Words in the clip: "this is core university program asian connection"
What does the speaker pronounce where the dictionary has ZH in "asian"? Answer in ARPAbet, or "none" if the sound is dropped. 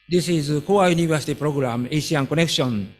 S